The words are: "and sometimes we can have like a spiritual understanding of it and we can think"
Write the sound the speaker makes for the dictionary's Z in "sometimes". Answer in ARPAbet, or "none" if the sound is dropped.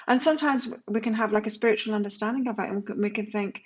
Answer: Z